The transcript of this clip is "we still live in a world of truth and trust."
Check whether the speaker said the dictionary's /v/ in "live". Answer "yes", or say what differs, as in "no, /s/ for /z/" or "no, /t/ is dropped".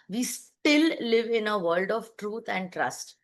yes